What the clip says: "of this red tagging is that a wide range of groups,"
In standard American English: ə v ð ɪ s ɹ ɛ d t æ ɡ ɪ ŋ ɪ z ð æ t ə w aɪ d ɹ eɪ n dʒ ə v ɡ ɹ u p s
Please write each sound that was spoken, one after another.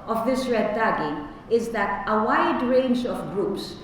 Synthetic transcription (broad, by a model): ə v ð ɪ s ɹ ɛ d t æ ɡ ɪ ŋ ɪ z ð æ t ə w aɪ d ɹ eɪ n dʒ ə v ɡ ɹ u p s